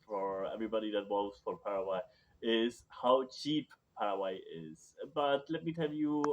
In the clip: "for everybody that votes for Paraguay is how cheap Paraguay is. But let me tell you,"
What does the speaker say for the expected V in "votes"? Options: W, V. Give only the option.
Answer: W